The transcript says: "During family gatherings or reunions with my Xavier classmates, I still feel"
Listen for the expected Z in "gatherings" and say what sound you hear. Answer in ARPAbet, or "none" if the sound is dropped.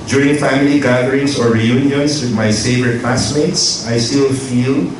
S